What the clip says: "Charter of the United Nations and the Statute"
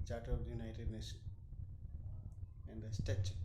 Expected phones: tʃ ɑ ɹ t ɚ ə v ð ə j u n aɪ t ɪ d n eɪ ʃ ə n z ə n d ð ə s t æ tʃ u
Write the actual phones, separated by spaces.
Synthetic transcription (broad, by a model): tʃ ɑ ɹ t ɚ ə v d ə j u n aɪ t ɪ d n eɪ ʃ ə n ə n d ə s t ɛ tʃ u